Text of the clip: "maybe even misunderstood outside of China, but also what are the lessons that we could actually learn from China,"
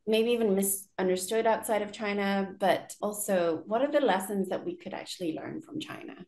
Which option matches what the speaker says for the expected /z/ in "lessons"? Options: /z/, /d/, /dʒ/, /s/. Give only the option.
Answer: /z/